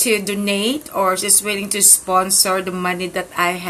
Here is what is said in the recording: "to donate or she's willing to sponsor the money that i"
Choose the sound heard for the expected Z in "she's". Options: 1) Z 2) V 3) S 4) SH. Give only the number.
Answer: 3